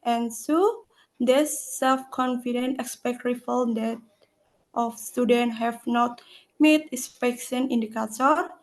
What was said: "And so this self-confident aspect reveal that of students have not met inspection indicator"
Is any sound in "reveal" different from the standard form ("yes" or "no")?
yes